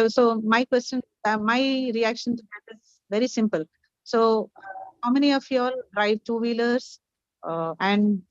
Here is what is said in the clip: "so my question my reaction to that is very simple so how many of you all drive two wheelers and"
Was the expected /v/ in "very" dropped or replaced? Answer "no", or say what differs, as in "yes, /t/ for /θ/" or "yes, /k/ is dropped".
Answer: no